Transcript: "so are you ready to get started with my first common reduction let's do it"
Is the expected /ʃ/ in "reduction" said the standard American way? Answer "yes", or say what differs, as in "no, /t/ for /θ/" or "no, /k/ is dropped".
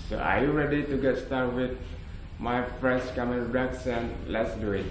no, /s/ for /ʃ/